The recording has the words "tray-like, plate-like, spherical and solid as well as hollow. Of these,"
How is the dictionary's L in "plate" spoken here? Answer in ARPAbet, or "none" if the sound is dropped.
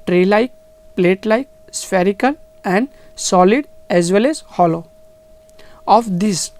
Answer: L